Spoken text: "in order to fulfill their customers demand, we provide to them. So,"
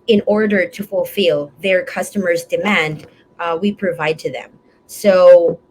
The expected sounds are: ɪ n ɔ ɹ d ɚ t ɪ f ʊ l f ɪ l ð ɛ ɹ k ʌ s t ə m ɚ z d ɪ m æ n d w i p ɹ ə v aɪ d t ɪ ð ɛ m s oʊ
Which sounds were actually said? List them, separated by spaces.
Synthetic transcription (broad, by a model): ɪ n ɔ ɹ d ɚ t ɪ f ʊ l f ɪ l ð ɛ ɹ k ʌ s t ə m ɚ z d ɪ m æ n d w i p ɹ ə v aɪ d t ɪ ð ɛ m s oʊ